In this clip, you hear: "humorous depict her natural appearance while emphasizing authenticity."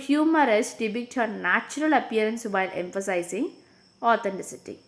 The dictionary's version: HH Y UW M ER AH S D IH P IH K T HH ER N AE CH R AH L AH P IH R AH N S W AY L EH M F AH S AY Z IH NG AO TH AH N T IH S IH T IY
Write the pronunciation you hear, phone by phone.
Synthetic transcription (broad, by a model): HH Y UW M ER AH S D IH B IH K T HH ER N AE CH R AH L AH P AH R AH N S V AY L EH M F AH S AY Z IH NG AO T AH N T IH S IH T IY